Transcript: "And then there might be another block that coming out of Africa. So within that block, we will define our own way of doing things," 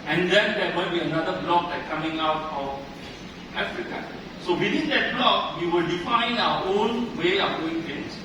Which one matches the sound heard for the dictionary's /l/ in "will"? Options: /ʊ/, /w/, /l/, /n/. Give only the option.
/l/